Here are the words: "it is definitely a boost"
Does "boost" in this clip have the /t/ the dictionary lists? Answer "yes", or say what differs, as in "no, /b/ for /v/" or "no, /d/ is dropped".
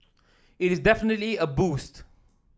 yes